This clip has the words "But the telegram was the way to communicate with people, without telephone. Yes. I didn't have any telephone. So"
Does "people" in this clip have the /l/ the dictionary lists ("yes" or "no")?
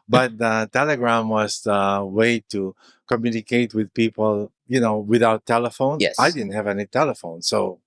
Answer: no